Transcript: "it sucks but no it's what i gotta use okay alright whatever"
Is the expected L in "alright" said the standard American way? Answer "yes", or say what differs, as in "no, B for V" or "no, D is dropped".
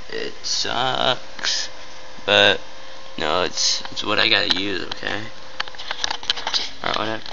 no, L is dropped